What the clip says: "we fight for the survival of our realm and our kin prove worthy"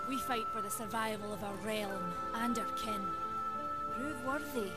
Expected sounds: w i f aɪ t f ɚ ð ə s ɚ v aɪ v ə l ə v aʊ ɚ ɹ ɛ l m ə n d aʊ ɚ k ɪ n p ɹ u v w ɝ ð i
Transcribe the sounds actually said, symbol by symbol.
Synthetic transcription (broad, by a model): w i f aɪ t f ɚ ð ə s ɚ v aɪ v ə l ə v aʊ ɚ ɹ ɛ l m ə n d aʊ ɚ k ɪ n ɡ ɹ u w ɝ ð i